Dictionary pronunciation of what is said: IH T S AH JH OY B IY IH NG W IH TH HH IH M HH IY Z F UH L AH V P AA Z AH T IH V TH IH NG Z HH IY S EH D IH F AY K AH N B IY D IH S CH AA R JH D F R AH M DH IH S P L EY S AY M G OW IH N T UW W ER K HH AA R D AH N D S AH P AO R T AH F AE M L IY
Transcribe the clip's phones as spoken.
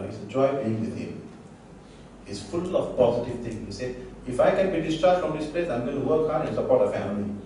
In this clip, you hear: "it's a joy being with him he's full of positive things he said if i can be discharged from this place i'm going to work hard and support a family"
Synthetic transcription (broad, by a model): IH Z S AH JH OY B IY IH NG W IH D HH IH M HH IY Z F UH L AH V P AA Z AH T IH V T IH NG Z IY S EH IH F AY K AH N B IY D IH S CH R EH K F R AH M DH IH S P L EY S AY M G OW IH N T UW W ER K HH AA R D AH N S AH P AO R T AH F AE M L IY